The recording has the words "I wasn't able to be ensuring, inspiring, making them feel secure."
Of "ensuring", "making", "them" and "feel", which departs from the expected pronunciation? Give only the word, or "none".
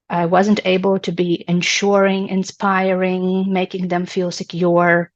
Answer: none